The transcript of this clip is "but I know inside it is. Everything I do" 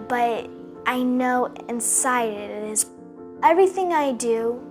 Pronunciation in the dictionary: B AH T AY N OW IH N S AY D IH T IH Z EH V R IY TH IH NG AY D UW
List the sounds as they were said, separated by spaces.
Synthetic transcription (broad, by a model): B AH T AY N OW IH N S AY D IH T IH Z EH V R IY TH IH NG AY D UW